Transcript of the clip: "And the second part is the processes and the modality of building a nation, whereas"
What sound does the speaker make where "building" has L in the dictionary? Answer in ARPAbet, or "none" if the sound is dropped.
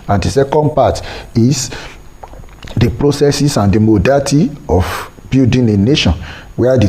none